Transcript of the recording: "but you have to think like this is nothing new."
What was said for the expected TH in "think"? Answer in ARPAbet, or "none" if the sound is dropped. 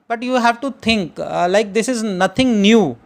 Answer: T